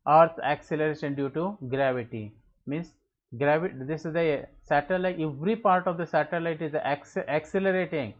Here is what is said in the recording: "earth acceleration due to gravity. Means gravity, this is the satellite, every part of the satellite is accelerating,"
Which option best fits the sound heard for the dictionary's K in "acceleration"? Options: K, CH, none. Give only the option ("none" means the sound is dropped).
K